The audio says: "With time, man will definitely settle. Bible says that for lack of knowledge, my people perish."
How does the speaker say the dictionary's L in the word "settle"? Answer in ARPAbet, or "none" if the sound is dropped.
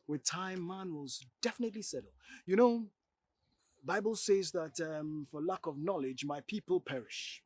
N